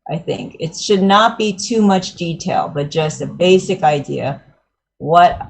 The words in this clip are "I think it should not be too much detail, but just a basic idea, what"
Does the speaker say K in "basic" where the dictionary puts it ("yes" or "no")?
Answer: yes